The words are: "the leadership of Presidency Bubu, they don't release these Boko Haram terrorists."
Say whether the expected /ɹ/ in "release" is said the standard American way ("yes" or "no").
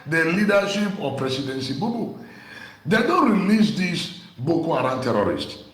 yes